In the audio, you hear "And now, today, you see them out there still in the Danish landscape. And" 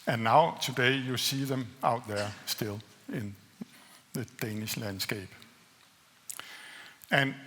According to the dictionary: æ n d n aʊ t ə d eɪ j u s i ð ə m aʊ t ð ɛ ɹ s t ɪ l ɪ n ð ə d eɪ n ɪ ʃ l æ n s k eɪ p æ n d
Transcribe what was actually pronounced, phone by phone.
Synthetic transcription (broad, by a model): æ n n aʊ s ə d eɪ j u s i ð ə m aʊ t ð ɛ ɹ s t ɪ l ɪ n ð ə d eɪ n ɪ ʃ l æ n s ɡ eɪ b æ n